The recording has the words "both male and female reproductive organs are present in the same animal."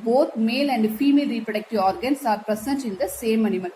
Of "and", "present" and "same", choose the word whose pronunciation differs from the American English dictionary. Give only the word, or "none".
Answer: present